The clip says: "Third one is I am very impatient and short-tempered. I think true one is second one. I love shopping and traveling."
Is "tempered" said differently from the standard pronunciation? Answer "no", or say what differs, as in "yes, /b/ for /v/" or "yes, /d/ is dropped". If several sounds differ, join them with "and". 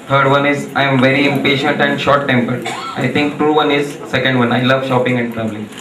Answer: no